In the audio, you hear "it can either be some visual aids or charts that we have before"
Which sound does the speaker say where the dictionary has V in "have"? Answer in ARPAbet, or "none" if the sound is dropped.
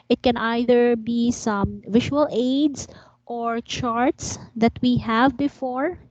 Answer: V